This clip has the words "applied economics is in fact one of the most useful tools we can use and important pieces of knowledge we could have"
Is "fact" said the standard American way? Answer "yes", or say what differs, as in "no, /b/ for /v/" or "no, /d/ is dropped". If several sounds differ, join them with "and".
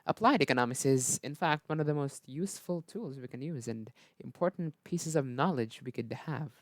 yes